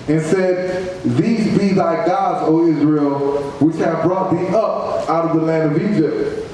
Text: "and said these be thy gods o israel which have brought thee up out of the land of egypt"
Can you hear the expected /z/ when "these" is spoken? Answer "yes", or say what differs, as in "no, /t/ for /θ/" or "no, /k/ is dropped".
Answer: yes